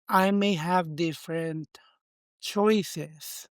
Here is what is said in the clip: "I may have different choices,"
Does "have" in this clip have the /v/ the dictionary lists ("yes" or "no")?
yes